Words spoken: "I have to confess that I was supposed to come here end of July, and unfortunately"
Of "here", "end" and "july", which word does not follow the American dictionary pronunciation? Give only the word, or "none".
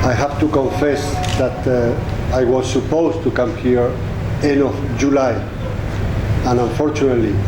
end